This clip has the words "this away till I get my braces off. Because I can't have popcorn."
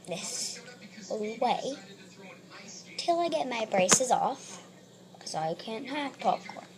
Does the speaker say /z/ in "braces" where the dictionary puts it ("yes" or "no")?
yes